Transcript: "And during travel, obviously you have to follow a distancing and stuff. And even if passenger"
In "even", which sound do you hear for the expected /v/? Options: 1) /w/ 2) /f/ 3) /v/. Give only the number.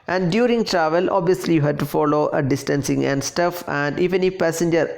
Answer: 2